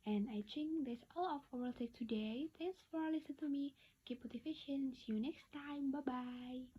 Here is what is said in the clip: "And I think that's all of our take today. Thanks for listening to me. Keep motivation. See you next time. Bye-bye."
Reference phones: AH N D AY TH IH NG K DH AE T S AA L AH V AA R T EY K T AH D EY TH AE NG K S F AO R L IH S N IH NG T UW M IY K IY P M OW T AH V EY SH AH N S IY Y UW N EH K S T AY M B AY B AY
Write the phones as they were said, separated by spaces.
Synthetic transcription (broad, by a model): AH N AY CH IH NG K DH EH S AA L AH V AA L T EY K T AH D EY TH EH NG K S F AO R L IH S IH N T UW M IY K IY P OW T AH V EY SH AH N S Y UW N EH K S T AY M B AY B AY